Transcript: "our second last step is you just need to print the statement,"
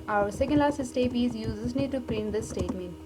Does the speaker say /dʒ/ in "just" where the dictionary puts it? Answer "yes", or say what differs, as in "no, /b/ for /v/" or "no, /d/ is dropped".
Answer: no, /z/ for /dʒ/